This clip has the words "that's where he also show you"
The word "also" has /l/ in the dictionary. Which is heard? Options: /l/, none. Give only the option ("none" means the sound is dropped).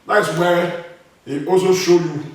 none